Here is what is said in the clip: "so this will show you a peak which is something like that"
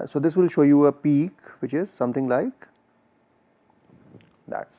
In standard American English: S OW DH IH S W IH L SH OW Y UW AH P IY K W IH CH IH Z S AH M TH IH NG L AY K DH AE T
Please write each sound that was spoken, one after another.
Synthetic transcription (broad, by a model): S OW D IH S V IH L SH OW Y UW AH P IY K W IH CH IH Z S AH M T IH NG L AY K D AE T